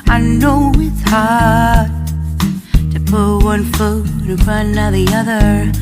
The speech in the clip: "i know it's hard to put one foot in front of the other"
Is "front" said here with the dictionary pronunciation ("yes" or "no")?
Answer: no